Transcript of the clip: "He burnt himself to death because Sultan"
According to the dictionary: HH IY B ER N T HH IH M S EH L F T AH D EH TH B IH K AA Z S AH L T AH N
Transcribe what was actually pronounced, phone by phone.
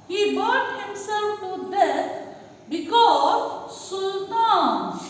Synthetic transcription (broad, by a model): HH IY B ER T HH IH M S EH L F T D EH S B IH K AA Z S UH L T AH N